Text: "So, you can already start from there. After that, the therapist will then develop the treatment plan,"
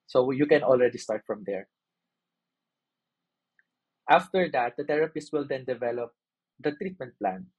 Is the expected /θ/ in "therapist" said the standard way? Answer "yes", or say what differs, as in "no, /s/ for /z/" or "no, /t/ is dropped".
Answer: no, /t/ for /θ/